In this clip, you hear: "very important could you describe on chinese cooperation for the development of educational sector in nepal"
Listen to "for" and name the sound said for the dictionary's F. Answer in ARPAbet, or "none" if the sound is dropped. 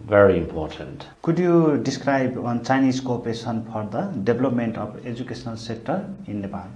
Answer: P